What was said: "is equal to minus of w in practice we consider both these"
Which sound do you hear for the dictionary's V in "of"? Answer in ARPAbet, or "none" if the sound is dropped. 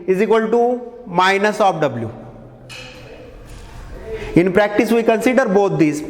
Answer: P